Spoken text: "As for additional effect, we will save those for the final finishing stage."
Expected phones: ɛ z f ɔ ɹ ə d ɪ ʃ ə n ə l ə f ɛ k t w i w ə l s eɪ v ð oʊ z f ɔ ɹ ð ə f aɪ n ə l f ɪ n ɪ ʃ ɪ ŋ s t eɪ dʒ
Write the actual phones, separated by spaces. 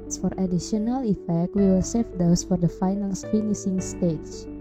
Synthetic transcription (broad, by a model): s f ɔ ɹ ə d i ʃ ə n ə l ə f ɛ k t w i w ə l s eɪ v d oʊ s f ɔ ɹ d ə f aɪ n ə l f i n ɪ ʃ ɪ ŋ s t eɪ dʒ